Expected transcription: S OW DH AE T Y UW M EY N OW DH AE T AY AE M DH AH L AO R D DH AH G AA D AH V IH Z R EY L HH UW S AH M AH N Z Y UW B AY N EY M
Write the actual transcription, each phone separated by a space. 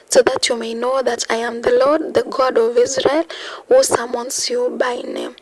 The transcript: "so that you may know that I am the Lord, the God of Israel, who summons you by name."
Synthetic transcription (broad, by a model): S OW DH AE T Y UW M EY N OW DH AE T AY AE M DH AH L AO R D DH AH G AA D AH V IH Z R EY L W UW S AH M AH N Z Y UW B AY N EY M